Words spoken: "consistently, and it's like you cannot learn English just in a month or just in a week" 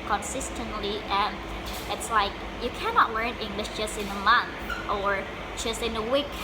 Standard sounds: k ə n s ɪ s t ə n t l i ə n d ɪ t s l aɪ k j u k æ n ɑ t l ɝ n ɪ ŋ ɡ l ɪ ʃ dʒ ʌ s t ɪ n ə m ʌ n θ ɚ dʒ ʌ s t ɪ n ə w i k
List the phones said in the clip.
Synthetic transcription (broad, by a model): k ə n s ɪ s t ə n t l i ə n ɪ t s l aɪ k j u k æ n ɑ t l ɝ n ɪ ŋ ɡ l ɪ ʃ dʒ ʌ s t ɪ n ə m ʌ n θ ɚ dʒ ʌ s t ɪ n ə w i k